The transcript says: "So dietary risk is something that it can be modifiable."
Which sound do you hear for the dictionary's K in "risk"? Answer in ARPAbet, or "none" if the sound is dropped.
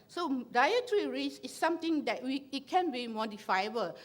none